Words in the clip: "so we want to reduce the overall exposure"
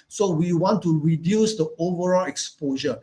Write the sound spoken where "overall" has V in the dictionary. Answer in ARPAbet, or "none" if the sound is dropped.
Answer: V